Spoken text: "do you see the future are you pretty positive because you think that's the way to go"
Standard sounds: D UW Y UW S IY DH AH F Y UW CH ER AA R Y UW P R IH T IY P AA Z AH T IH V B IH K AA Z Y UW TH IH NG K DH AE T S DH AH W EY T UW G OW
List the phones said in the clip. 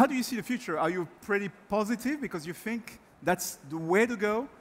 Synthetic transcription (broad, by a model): D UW Y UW S IY DH AH F Y UW CH ER AA R Y UW P R IH T IY P AA Z AH T IH V B IH K AA Z Y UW TH IH NG K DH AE T S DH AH W EY T UW G OW